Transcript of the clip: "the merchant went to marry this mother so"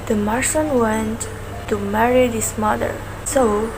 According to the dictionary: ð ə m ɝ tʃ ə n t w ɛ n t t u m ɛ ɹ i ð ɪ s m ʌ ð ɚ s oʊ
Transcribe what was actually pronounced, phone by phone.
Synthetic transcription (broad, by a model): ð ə m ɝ s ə n w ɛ n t t u m ɛ ɹ i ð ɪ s m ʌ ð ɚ s oʊ